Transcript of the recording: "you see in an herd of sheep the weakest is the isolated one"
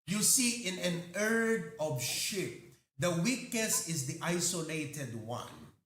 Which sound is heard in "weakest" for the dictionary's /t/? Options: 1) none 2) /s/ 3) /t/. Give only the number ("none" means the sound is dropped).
1